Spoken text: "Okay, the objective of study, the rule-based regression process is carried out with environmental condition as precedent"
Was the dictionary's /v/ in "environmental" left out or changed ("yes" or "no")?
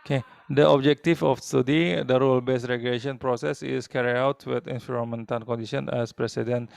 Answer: yes